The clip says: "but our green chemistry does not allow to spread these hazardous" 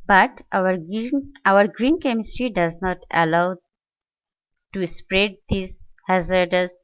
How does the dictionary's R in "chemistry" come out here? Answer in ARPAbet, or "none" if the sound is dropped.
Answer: R